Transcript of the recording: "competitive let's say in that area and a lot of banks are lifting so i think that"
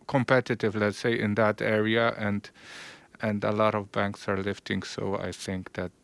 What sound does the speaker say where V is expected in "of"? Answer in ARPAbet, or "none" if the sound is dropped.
V